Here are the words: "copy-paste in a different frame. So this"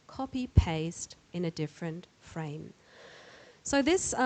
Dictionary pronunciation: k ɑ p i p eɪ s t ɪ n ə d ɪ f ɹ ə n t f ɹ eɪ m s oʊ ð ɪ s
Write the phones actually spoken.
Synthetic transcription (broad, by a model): k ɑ p i p eɪ s t ɪ n ə d ɪ f ɹ ə n t f ɹ eɪ m s oʊ ð ɪ s